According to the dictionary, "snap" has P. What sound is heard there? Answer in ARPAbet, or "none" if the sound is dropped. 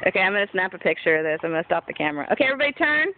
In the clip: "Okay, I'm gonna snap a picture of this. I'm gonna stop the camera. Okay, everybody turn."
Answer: P